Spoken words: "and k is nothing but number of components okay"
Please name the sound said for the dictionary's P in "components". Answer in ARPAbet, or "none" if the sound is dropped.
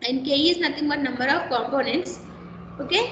P